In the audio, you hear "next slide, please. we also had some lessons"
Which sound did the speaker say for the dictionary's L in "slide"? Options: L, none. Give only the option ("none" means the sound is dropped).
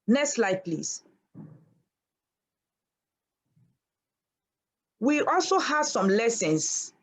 L